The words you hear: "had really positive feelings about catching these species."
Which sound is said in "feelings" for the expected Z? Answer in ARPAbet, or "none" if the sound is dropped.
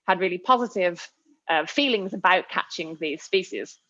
Z